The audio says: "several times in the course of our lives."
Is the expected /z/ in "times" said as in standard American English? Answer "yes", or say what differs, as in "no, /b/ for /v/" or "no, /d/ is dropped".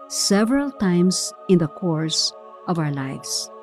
no, /s/ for /z/